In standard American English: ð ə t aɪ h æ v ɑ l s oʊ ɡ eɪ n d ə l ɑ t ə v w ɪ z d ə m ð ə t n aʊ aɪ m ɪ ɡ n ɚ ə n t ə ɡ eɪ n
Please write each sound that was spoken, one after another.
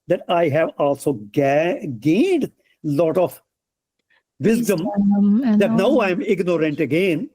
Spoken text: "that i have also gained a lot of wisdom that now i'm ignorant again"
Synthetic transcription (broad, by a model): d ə t aɪ h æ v ɑ l s oʊ ɡ eɪ n d l ɑ t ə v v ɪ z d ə m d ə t n aʊ aɪ m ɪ ɡ n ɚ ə n t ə ɡ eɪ n